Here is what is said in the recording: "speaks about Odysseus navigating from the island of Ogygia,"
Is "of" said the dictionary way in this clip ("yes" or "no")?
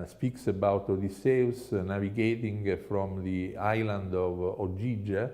yes